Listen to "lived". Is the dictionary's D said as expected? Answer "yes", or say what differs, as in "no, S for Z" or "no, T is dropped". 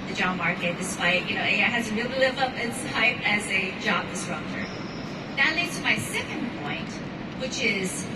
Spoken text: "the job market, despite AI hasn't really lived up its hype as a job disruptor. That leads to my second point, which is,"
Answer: no, D is dropped